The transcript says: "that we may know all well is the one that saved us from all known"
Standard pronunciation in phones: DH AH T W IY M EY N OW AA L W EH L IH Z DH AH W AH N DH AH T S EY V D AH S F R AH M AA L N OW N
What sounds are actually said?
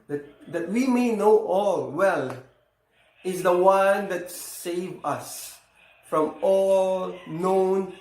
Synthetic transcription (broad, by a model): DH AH T W IY M EY N OW AA L W EH L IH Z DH AH W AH N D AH T S EY V AH S F R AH M AA L N OW N